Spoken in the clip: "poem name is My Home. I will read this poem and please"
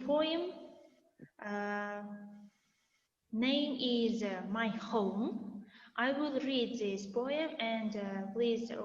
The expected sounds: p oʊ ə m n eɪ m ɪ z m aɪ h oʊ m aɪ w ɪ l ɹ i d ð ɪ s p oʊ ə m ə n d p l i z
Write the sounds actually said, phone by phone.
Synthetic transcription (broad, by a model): p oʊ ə m n eɪ m ɪ z m aɪ h oʊ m aɪ w ɪ l ɹ i d ð ɪ s p oʊ ə m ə n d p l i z